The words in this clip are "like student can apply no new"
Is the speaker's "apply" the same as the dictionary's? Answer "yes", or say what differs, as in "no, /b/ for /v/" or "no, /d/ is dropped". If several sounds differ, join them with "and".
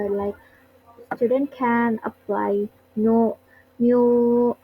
yes